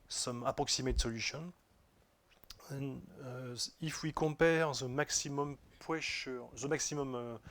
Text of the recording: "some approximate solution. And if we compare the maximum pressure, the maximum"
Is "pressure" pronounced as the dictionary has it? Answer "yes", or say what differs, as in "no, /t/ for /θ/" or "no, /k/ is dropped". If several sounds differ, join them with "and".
no, /w/ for /ɹ/